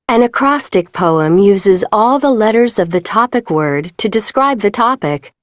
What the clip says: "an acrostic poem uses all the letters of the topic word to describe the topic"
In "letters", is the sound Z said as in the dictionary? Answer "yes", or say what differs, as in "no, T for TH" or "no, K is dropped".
yes